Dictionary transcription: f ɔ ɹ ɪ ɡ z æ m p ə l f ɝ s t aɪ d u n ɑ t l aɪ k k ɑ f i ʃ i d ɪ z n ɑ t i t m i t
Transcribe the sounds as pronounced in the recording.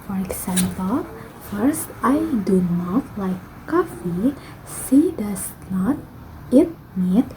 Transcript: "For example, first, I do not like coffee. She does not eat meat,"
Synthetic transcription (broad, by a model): f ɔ ɹ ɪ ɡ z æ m p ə l f ɝ s t aɪ d u n ɑ t l aɪ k k ɑ f i s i d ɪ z n ɑ t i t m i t